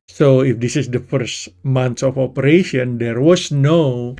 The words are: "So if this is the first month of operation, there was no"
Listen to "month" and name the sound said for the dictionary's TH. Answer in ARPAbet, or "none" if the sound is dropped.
S